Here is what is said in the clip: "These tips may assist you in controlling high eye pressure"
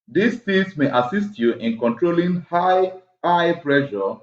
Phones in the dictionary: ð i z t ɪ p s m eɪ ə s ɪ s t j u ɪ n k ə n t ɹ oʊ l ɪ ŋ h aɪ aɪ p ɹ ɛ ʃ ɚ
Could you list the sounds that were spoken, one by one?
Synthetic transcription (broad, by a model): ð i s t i s m eɪ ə s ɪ s t j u ɪ n k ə n t ɹ oʊ l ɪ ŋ h aɪ aɪ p ɹ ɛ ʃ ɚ